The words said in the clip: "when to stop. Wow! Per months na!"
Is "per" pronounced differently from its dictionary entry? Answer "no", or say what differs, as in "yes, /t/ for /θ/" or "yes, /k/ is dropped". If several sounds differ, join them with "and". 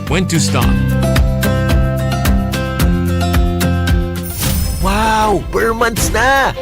yes, /b/ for /p/